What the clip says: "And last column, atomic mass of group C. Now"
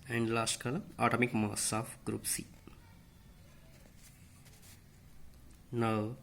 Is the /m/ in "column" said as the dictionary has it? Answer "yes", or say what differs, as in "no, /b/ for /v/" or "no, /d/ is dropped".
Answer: no, /m/ is dropped